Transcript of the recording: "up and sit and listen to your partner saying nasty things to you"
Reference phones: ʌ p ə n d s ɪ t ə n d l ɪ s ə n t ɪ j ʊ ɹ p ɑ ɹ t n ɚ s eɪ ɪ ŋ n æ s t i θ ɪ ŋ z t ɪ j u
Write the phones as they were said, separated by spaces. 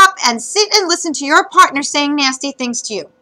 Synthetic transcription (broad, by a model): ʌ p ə n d s ɪ t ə n l ɪ s ə n t ɪ j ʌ ɹ p ɑ ɹ t n ɚ s eɪ ɪ ŋ n æ s t i θ ɪ ŋ z t ɪ j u